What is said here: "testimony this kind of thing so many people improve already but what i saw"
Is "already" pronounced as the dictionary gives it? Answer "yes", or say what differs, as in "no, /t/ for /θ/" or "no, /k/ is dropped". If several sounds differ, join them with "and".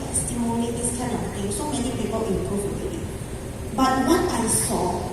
no, /ɹ/ is dropped